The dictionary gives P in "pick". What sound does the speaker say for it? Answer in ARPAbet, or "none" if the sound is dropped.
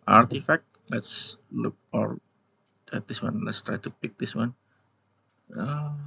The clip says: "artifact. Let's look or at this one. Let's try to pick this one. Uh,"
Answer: P